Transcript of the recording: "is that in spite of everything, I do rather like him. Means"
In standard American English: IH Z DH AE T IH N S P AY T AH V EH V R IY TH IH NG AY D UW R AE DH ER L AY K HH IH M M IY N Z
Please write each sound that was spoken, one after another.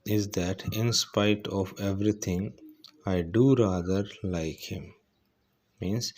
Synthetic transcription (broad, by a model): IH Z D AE T IH N S P AY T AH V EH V R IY T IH NG AY D UW R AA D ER L AY K HH IH M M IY N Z